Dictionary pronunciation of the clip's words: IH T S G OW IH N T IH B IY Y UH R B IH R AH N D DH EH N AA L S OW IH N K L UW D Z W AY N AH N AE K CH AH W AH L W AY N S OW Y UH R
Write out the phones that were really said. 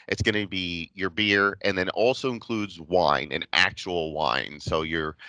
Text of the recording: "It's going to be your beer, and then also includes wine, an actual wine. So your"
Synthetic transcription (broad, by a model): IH T S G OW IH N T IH B IY Y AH R B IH R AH N DH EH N AA L S OW IH N K L UW D Z W AY N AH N AE K CH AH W L W AY N S OW Y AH R